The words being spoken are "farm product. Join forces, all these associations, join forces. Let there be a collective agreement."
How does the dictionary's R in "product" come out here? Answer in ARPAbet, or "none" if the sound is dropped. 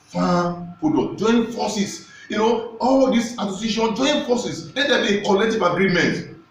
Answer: none